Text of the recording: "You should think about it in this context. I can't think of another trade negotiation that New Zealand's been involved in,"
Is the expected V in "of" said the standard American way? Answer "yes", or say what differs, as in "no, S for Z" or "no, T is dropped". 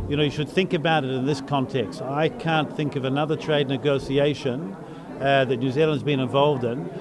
yes